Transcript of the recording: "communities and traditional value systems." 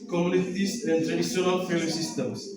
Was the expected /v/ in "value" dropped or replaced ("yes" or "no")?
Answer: yes